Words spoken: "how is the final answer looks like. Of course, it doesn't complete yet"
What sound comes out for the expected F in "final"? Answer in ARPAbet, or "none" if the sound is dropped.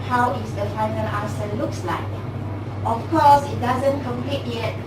F